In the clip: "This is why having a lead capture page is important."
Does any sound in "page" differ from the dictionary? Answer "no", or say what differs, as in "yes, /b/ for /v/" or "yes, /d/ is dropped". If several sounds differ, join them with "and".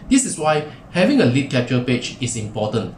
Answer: yes, /tʃ/ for /dʒ/